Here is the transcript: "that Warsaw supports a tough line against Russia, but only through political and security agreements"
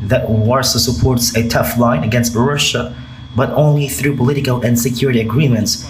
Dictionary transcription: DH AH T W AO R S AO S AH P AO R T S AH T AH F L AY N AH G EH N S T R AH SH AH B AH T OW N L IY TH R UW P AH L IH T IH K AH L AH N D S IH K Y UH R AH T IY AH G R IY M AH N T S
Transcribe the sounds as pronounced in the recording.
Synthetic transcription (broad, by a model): DH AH T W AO R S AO S AH P AO R T S AH T AH F L AY N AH G EH N S T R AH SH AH B AH T OW N L IY TH R UW P AH L IH T IH K AH L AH N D S IH K Y UH R AH T IY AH G R IY M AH N T S